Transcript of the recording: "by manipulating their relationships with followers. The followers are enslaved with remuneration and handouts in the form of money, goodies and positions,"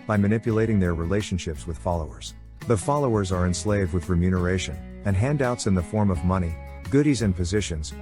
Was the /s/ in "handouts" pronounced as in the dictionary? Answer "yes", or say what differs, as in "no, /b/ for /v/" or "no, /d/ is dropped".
yes